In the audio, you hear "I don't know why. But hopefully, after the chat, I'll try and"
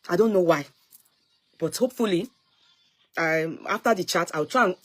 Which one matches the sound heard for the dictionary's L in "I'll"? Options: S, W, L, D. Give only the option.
W